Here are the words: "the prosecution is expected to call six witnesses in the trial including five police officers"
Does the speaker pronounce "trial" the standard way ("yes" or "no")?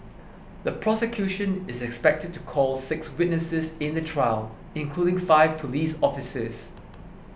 yes